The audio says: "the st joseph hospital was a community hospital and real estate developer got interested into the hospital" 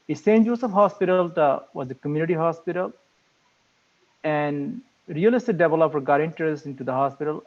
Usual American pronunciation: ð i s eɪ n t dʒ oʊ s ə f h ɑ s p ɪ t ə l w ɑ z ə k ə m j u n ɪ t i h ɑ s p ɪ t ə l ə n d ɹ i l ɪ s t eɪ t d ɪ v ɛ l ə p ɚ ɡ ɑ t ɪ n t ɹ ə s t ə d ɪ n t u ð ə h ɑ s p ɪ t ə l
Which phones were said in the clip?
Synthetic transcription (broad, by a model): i s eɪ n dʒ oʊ s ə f h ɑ s p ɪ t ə l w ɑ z ə k ə m j u n ɪ t i h ɑ s p ɪ t ə l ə n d ɹ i l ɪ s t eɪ d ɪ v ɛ l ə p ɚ ɡ ɑ t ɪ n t ə t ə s ɪ n t u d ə h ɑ s p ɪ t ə l